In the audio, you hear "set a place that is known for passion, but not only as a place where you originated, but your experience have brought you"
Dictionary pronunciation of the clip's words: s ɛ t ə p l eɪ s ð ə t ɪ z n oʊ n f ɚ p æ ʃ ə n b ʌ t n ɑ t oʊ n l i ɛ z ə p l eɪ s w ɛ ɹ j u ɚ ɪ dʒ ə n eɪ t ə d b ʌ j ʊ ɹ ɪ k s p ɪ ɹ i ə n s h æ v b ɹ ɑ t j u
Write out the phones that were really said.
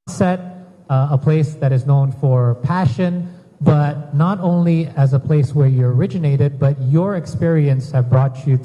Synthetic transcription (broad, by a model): s ɛ t ə p l eɪ s ð ə t ɪ z n oʊ n f ɚ p æ ʃ ə n b ʌ t n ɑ t oʊ n l i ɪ z ə p l eɪ s w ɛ ɹ j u ɚ ɪ dʒ ə n eɪ t ə d b ʌ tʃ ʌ ɹ ɪ k s p ɪ ɹ i ə n s h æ v b ɹ ɑ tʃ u